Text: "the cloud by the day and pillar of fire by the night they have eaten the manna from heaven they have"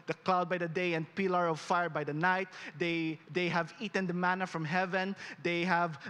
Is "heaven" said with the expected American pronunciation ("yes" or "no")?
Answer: yes